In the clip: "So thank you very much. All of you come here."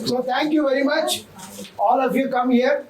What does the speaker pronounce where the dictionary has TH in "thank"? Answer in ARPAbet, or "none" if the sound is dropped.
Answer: T